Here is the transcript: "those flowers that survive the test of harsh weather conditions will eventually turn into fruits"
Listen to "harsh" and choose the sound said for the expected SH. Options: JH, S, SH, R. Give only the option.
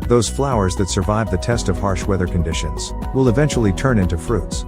SH